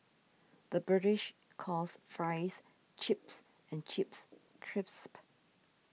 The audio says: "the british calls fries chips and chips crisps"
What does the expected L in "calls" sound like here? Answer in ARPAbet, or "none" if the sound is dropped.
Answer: none